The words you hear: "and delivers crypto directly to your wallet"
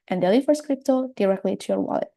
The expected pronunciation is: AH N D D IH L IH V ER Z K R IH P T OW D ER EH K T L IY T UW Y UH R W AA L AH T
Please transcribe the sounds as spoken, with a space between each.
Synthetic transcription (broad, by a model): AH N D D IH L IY F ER S K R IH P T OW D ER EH K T L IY T UW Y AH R W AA L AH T